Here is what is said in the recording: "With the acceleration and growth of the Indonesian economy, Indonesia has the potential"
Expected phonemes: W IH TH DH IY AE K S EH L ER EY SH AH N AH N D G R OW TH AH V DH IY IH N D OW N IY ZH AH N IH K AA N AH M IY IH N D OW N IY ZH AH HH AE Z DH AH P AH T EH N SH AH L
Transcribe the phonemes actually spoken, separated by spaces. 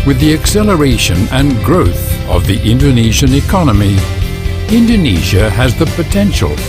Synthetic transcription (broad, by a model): W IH DH IY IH K S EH L ER EY SH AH N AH N G R OW TH AH V DH IY IH N D OW N IY ZH AH N IH K AA N AH M IY IH N D OW N IY ZH AH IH Z DH AH P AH T EH N SH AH L